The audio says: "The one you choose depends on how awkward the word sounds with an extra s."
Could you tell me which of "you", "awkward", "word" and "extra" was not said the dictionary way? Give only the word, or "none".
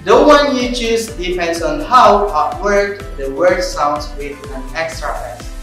awkward